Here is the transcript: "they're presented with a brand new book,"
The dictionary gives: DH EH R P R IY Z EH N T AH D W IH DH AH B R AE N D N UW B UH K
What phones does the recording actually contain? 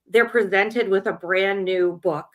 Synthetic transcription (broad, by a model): DH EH R P R IY Z EH N T AH D W IH DH AH B R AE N N UW B UH K